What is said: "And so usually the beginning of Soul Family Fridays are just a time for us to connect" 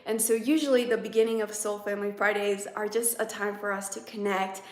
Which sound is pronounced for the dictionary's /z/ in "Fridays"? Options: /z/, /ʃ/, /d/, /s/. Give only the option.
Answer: /z/